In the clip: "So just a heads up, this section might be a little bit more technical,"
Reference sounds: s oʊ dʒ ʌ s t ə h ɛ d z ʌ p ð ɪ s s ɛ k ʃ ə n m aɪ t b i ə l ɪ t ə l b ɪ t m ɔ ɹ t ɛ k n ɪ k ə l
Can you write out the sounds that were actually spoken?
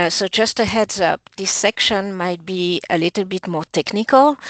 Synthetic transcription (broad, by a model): s oʊ dʒ ʌ s t ə h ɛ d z ʌ p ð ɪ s s ɛ k ʃ ə n m aɪ t b i ə l ɪ t ə l b ɪ t m ɔ ɹ t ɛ k n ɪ k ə l